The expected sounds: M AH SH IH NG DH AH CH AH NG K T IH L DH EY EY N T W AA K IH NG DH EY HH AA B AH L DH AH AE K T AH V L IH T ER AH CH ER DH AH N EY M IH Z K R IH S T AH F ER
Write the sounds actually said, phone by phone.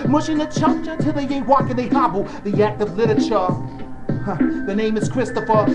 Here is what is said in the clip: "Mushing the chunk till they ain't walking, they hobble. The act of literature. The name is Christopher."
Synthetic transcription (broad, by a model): M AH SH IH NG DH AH CH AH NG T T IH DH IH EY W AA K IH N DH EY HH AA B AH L DH AH AE K T AH V L IH T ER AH CH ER DH AH N EY M IH Z K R IH S T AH F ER